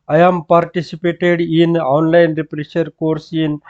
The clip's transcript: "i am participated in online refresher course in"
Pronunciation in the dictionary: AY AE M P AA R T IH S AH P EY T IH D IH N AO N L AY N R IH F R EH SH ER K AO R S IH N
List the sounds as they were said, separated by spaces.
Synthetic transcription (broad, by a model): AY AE M P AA R T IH S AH P EY T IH D IH N AO N L AY N R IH P R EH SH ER K AO R S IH N